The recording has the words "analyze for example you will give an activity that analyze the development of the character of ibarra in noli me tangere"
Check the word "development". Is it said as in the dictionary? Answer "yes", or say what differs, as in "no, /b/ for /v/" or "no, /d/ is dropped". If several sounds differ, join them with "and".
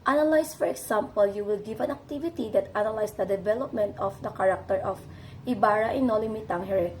yes